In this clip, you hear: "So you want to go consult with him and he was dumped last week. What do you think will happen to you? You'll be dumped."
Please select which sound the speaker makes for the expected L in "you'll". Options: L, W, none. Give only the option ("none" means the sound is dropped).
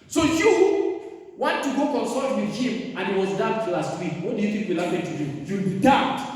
W